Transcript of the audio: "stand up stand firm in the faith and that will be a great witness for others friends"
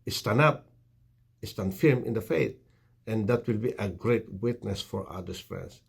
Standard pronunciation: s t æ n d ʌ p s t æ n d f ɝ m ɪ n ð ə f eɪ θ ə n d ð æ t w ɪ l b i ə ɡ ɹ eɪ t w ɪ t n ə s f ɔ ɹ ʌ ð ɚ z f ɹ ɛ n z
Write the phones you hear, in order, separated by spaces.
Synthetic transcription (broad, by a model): s t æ n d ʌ p s t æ n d f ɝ m ɪ n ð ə f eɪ t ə n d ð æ t w ɪ l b i ə ɡ ɹ eɪ t w ɪ t n ə s f ɔ ɹ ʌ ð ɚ s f ɹ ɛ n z